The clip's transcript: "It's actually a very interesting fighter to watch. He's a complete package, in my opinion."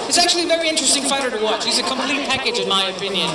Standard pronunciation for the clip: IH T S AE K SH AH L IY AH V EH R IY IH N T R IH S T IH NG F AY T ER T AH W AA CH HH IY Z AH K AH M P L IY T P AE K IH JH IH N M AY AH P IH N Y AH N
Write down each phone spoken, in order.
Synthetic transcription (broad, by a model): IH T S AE K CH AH L IY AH V EH R IY IH N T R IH S T IH NG F AY T ER T AH W AA CH HH IY Z AH K AH M P L IY T P AE K IH JH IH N M AY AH P IH N Y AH N